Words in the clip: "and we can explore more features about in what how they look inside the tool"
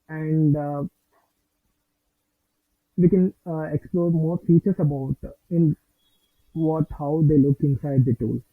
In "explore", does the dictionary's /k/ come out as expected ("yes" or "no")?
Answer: yes